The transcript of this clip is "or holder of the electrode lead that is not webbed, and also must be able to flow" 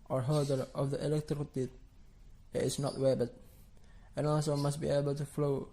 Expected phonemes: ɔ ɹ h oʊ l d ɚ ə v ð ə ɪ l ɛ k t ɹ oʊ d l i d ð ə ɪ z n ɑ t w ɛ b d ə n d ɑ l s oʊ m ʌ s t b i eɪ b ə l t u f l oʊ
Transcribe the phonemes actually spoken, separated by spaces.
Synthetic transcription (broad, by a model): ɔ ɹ h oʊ d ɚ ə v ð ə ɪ l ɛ k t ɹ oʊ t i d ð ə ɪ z n ɑ t w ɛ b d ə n ɑ l s oʊ m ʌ s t b i eɪ b ə l t u f l oʊ